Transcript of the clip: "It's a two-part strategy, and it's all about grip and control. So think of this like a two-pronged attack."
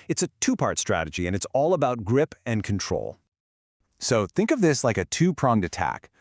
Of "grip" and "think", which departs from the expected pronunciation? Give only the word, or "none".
none